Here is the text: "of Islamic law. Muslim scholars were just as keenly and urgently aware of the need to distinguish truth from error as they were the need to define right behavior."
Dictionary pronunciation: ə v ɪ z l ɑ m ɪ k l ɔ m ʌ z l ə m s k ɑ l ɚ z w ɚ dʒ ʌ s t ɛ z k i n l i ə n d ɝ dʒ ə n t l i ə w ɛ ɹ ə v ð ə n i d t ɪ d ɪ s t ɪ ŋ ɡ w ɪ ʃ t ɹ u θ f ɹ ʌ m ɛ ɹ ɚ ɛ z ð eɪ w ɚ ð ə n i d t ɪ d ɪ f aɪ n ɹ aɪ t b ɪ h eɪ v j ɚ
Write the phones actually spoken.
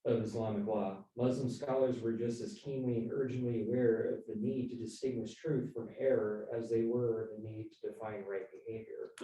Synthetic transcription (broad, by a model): ə v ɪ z l ɑ m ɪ k l ɔ m ʌ z l ə m s k ɑ l ɚ z w ɚ dʒ ʌ s t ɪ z k i n l i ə n ɝ dʒ ə n t l i ə w ɛ ɹ ə v ð ə n i d t ɪ d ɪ s t ɪ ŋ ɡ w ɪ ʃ t ɹ u θ f ɹ ʌ m ɛ ɹ ɚ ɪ z ð eɪ w ɚ ð ə n i d t ɪ d ɪ f aɪ n ɹ aɪ t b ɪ h eɪ v j ɚ